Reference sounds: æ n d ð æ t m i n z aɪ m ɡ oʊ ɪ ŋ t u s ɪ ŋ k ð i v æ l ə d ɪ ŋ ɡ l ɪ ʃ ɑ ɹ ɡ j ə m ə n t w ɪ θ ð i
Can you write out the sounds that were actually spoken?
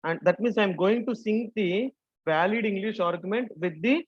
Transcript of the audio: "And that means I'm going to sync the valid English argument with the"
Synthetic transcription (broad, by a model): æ n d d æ t m i n s aɪ m ɡ oʊ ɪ ŋ t u s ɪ ŋ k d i v æ l ə d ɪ ŋ ɡ l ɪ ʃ ɑ ɹ ɡ j ə m ə n t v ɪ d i